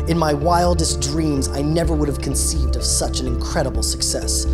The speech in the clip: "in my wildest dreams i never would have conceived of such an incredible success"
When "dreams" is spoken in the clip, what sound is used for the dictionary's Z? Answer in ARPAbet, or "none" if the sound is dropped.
Z